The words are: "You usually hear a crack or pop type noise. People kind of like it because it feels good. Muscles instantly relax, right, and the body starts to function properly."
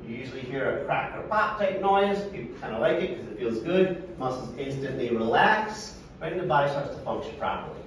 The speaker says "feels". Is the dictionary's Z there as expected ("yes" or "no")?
yes